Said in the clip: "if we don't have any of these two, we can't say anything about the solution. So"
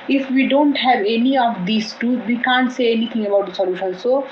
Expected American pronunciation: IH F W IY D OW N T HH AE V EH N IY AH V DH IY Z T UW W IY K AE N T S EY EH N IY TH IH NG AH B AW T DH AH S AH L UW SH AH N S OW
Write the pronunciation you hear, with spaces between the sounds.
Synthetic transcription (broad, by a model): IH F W IY D OW N T HH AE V EH N IY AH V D IY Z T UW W IY K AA N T S EY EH N IY T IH NG AH B AW T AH S AH L UW SH AH N S OW